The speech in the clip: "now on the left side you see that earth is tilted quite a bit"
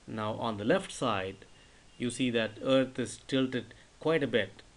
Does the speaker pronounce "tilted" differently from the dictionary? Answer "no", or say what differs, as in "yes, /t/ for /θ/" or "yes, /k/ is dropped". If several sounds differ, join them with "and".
no